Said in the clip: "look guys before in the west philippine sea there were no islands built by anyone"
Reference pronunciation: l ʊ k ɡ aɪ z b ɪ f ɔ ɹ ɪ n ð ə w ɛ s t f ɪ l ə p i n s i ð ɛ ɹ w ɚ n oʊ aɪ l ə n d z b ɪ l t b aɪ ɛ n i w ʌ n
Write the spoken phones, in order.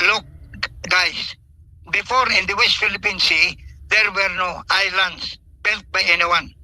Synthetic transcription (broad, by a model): l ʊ k ɡ aɪ s b ɪ f ɔ ɹ ɪ n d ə w ɛ s t f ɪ l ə p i n s i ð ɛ ɹ w ɚ n oʊ aɪ l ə n d s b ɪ l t b aɪ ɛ n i w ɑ n